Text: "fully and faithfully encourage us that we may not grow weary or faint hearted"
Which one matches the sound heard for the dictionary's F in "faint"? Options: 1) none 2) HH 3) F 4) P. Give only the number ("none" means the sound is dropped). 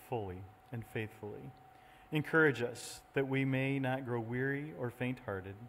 3